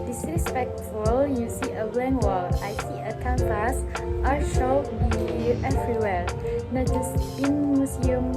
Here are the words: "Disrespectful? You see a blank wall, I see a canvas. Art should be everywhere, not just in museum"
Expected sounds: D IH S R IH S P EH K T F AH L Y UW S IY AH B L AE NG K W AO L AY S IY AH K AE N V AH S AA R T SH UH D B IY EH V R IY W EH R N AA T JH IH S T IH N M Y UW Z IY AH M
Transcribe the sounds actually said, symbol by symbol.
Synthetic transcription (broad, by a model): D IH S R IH S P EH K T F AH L Y UW S IY AH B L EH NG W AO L AY S IY AH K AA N P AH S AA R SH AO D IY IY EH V R IY W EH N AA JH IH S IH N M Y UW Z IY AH M